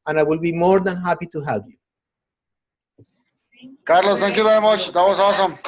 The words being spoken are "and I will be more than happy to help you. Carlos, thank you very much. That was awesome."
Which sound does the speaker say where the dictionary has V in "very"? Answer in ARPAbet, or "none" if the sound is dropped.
B